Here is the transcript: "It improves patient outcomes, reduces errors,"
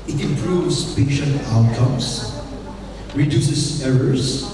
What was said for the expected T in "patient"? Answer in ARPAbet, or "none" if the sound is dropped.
none